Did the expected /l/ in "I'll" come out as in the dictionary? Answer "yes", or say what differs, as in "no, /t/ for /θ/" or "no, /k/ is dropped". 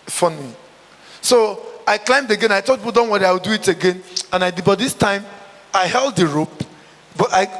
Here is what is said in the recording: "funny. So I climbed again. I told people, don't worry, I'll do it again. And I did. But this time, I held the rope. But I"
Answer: no, /w/ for /l/